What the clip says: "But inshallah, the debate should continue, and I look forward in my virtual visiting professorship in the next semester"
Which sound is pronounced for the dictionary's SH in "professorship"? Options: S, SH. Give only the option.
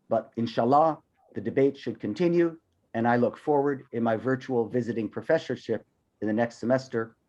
SH